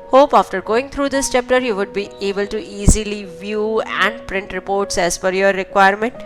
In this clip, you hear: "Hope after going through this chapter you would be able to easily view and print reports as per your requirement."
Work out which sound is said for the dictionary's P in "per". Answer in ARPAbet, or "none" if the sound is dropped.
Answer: F